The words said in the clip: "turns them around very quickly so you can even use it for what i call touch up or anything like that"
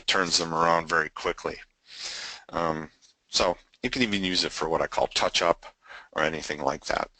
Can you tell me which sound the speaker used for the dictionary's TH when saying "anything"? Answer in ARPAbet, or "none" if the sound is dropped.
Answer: TH